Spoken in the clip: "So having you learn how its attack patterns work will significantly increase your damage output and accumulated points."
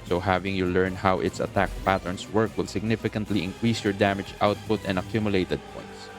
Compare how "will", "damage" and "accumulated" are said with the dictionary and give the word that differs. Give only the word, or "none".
none